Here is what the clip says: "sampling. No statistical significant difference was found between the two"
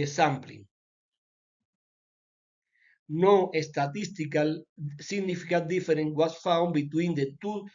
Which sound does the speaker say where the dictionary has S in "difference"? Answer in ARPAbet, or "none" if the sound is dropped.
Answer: none